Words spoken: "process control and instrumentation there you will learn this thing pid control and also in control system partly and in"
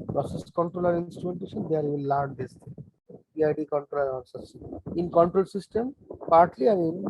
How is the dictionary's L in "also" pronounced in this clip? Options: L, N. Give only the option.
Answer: N